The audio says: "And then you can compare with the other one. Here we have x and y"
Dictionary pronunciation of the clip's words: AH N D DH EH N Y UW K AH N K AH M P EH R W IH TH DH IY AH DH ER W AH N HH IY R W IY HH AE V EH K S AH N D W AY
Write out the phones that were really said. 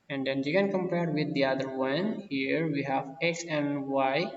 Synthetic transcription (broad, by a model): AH N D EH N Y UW K AH N K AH M P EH R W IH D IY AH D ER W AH N HH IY R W IY HH AE V EH K S AH N D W AY